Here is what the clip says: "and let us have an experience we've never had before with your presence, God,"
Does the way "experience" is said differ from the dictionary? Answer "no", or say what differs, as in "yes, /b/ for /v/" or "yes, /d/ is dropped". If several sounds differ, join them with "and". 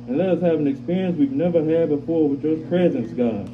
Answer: no